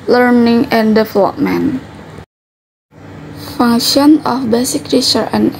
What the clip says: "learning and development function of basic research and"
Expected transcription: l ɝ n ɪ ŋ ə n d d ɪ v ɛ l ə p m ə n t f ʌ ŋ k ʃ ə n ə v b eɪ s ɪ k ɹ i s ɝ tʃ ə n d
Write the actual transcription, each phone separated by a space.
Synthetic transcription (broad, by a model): l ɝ n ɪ ŋ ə n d d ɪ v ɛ l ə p m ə n f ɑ ŋ ʃ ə n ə f b eɪ s ɪ k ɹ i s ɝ ə n